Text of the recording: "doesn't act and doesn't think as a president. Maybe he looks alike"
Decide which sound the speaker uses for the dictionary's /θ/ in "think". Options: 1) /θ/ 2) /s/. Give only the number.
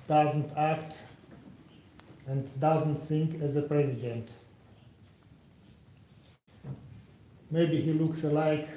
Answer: 2